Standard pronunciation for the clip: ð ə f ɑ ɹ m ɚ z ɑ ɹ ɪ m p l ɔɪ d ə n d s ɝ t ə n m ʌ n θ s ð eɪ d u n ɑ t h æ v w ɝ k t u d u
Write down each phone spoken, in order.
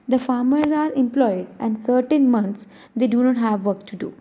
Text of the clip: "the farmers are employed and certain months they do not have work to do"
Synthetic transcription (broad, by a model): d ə f ɑ ɹ m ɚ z ɑ ɹ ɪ m p l ɔɪ d ə n d s ɝ t ə n m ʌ n t s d eɪ d u n ɑ t h æ v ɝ k t u d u